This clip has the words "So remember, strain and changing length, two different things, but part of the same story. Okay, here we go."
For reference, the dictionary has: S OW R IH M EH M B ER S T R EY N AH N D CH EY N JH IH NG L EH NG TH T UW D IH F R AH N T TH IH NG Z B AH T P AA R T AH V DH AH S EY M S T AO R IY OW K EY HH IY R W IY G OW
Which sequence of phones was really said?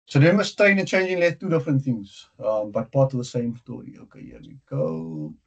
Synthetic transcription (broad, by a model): S OW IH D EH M ER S T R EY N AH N CH EY N JH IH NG L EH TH T UW D IH F R AH N T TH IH NG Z B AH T P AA T AH V DH AH S EY M S T AO R IY OW K EY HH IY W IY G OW